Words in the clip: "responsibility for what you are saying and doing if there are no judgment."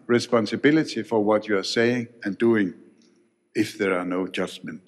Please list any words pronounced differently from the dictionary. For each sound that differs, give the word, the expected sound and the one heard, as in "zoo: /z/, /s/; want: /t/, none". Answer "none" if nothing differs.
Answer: none